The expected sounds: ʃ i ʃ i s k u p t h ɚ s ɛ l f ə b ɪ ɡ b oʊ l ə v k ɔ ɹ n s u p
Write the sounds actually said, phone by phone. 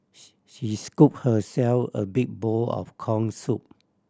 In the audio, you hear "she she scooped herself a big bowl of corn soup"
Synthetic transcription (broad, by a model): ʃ ʃ i s k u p h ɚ s ɛ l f ə b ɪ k b oʊ l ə f k ɔ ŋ s u p